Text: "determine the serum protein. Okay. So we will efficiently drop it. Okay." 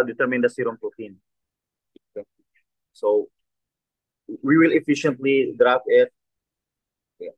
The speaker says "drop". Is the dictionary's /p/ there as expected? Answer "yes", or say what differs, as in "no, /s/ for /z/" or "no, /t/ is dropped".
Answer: no, /f/ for /p/